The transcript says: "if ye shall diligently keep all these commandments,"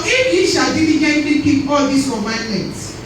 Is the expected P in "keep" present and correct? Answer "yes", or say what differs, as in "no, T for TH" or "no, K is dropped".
no, B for P